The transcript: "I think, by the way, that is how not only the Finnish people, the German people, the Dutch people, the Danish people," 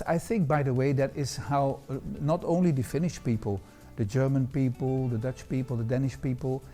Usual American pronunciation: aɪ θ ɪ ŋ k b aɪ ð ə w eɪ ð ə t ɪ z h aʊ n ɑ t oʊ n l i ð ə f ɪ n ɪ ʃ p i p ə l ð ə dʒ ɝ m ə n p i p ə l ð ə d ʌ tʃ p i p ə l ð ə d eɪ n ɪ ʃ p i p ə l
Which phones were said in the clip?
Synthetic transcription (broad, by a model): aɪ θ ɪ ŋ k b aɪ ð ə w eɪ ð ə t ɪ z h aʊ n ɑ t oʊ n l i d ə f ɪ n ɪ ʃ p i p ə l ð ə dʒ ɝ m ə n p i p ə l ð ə d ʌ tʃ p i p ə l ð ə d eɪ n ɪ ʃ p i p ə l